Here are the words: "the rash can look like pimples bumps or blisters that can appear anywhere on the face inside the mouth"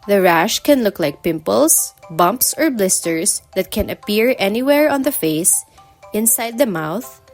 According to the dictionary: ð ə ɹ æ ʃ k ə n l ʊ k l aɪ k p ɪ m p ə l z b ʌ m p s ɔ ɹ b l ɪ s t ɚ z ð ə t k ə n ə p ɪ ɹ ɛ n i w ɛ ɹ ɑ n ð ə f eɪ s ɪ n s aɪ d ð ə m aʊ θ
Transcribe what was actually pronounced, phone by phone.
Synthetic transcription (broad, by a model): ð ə ɹ æ ʃ k ə n l ʊ k l aɪ k p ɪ m p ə l s b ʌ m p s ɔ ɹ b l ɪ s t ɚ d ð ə t k ə n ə p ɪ ɹ ɛ n i w ɛ ɹ ɑ n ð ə f eɪ s ɪ n s aɪ d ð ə m aʊ θ